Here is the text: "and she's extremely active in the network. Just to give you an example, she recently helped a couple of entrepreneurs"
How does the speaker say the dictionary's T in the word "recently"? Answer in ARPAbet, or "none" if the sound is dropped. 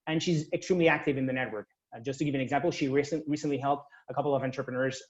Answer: S